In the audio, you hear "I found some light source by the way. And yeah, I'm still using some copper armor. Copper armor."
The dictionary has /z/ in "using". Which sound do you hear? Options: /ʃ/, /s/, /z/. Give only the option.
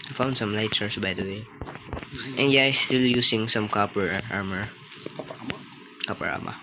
/s/